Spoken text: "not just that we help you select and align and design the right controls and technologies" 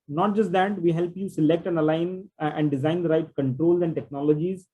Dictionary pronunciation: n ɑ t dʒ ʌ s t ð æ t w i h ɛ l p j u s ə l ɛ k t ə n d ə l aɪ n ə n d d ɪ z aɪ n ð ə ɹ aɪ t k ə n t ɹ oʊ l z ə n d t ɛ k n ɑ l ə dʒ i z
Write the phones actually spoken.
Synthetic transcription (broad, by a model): n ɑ t dʒ ʌ s t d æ t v i h ɛ l p j u s ə l ɛ k t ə n ə l aɪ n ə n d d ɪ z aɪ n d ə ɹ aɪ t k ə n t ɹ oʊ l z ə n d t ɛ k n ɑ l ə dʒ i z